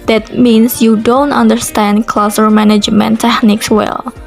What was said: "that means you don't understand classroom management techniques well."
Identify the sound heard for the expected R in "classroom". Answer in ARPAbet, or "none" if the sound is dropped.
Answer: none